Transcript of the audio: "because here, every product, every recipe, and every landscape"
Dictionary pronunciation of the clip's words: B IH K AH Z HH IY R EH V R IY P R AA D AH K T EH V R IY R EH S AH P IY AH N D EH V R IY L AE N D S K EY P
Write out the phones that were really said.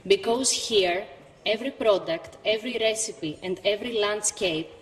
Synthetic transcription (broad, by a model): B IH K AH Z HH IY R EH V R IY P R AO D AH K T EH V R IY R EH S AH P IY AH N D EH V R IY L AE N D S K EY P